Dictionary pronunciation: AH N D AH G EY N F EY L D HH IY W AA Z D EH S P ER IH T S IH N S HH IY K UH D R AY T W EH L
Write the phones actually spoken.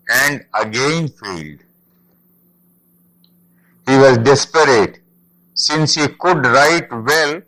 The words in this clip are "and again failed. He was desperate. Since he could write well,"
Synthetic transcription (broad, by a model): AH N D AH G EY N F EY L D HH IY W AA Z D EH S P ER IH T S IH N S HH IY K UH D R AY T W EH L